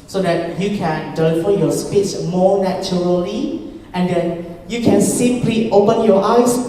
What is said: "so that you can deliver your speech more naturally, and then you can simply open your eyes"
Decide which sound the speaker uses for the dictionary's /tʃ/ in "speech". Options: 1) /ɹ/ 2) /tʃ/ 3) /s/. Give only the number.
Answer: 3